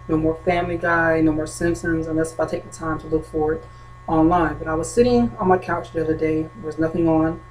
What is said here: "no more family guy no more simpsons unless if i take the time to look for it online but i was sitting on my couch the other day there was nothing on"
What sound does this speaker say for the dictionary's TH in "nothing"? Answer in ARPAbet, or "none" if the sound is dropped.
TH